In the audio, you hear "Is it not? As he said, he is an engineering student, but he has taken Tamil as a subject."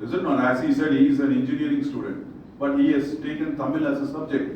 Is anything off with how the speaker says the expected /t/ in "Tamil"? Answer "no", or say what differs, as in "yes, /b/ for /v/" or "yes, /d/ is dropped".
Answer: no